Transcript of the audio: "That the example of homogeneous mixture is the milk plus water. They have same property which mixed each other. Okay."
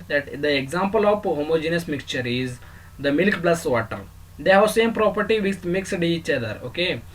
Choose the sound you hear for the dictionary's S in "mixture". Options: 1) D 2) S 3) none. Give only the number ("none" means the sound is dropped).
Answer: 2